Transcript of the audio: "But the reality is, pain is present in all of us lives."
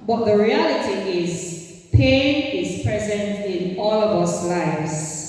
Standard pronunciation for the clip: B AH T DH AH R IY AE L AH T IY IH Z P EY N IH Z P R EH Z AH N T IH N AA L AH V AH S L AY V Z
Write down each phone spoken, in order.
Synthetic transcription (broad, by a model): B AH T DH AH R IY AE L AH T IY IH Z P EY N IH Z P R EH Z AH N T IH N AA L AH V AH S L AY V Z